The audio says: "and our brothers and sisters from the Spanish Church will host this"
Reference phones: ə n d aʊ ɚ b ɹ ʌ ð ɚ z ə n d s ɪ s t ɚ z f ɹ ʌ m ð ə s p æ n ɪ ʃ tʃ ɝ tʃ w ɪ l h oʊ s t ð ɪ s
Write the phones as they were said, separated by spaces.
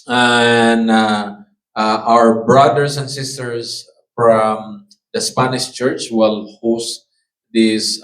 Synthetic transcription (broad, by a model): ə n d aʊ ɚ b ɹ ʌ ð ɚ s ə n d s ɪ s t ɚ s f ɹ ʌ m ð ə s p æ n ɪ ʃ tʃ ɝ tʃ w ɪ l h oʊ s t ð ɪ s